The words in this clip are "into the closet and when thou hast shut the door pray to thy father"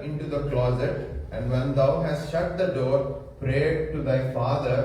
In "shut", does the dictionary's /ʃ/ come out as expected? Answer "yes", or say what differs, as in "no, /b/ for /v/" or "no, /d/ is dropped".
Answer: yes